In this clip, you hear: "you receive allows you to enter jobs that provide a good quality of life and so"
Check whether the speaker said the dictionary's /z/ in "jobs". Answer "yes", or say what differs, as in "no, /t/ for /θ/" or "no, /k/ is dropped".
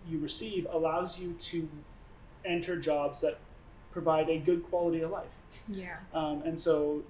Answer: yes